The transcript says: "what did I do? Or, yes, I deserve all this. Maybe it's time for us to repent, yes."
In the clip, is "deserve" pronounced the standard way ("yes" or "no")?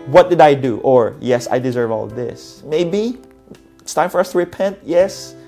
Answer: yes